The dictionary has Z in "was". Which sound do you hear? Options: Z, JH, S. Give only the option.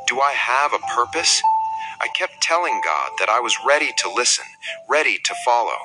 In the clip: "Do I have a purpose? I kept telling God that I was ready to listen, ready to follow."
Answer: Z